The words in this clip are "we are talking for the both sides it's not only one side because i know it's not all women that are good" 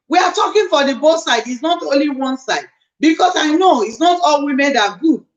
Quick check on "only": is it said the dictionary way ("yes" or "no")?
yes